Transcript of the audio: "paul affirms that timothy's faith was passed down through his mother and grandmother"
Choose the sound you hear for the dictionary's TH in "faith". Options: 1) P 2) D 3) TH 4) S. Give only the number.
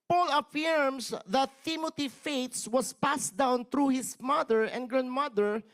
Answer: 4